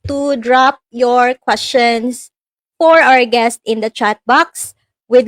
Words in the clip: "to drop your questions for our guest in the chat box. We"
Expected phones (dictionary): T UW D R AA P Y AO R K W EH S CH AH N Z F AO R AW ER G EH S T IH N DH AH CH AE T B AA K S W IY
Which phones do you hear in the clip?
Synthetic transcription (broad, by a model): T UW D R AA P Y AO R K W EH S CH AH N S F AO R AW ER G EH S T IH N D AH CH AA T B AA K S W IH